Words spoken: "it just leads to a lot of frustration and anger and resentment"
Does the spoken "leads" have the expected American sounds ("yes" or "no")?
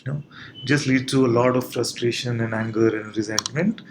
no